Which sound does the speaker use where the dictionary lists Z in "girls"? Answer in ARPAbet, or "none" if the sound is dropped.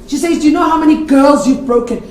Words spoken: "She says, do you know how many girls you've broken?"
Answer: Z